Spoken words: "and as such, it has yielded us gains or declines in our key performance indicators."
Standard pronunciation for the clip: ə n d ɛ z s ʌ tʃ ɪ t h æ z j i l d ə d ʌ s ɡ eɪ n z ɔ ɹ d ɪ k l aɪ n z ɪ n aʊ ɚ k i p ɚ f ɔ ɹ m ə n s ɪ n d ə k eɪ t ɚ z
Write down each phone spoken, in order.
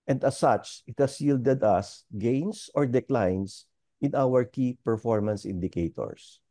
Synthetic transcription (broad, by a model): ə n d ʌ s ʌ tʃ ɪ t h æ s j i l d ə d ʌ s ɡ eɪ n s ɔ ɹ d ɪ k l aɪ n s ɪ n aʊ ɚ k i p ɚ f ɔ ɹ m ə n s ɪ n d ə k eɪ t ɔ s